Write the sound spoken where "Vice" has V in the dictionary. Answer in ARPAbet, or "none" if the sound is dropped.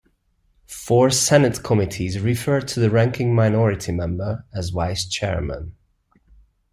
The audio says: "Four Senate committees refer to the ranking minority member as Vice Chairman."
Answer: W